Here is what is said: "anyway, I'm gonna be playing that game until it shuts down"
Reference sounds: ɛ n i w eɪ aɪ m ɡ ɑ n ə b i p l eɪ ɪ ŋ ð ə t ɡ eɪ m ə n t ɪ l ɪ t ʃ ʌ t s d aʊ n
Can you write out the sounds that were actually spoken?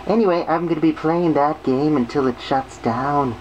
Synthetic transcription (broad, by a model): ɛ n i w eɪ aɪ m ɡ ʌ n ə b i p l eɪ ɪ ŋ ð ə t ɡ eɪ m ə n t ɪ l ɪ t ʃ ʌ t s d aʊ n